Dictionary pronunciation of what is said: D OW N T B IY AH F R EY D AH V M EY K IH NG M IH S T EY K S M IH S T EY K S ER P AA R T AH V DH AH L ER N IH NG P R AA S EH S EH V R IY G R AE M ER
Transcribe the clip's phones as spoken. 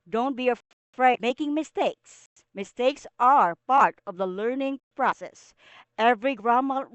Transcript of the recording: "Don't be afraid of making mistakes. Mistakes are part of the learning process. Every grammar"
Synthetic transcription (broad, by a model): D OW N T B IY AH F R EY AH M EY K IH NG M IH S T EY K S M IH S T EY K S ER P AA R T AH V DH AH L ER N IH NG P R AA S EH S EH V R IY G R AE M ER